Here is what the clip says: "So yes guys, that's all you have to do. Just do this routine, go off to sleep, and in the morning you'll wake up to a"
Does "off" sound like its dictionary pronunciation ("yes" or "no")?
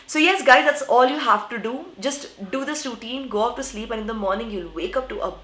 no